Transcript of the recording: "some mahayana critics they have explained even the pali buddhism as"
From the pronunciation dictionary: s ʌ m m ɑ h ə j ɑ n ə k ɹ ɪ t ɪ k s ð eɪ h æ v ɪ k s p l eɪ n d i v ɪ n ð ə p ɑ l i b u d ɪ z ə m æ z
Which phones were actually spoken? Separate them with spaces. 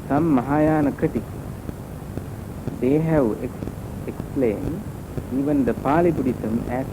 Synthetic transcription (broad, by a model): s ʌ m m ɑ h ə j ɑ n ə k ʌ t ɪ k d eɪ h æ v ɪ k s p l eɪ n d i v ɪ n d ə p ɑ l i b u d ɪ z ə m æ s